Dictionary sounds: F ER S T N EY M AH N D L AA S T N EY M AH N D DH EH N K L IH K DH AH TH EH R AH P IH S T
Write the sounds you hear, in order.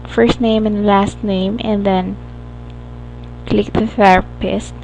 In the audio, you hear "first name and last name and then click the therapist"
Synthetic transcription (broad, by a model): F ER S T N EY M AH N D L AA S T N EY M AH N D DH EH N K L IH K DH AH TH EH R P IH S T